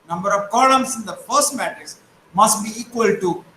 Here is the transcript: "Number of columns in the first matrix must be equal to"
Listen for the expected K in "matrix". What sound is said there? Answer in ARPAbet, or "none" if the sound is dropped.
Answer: none